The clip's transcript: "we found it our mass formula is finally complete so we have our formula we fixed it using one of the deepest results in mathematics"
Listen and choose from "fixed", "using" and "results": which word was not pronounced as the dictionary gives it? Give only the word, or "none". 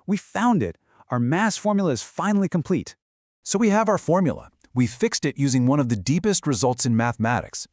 none